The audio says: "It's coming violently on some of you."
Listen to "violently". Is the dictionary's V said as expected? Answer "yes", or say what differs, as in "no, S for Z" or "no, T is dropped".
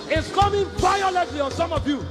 no, P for V